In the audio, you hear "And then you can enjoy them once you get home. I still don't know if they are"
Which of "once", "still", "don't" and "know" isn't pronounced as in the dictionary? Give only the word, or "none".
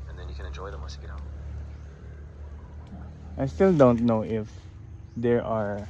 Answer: once